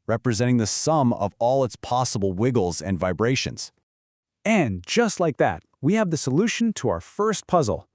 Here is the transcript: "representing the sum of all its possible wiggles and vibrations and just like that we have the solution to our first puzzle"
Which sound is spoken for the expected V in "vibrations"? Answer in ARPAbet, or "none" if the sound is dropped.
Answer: V